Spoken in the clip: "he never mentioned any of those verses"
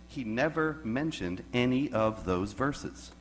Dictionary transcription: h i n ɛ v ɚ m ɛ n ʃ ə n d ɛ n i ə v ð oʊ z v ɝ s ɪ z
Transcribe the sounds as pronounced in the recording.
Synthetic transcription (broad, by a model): h i n ɛ v ɚ m ɛ n ʃ ə n d ɛ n i ə v ð oʊ z v ɝ s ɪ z